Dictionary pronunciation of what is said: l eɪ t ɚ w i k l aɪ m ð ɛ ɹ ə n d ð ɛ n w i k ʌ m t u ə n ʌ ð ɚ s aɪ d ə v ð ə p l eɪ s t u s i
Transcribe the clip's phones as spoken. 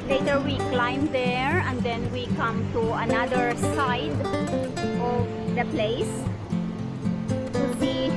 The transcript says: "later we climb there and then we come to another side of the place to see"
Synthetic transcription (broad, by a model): l eɪ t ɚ w i k l aɪ m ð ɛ ɹ ə n d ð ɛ n w i k ʌ m t u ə n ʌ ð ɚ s aɪ d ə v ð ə p l eɪ s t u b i